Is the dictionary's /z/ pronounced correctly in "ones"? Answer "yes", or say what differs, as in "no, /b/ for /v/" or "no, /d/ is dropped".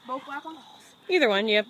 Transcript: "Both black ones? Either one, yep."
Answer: no, /z/ is dropped